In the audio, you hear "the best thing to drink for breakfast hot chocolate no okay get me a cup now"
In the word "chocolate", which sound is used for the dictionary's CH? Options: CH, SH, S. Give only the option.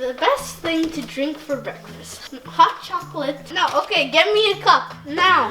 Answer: CH